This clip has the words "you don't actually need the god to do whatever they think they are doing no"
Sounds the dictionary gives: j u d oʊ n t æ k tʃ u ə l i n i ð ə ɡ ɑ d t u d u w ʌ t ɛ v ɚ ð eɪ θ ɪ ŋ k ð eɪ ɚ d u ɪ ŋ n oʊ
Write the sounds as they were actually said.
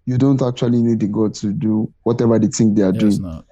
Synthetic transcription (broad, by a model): j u d oʊ n t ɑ k tʃ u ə l i n i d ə ɡ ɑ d t u d u w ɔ t ɛ v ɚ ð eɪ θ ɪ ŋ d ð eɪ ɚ d u ɪ ŋ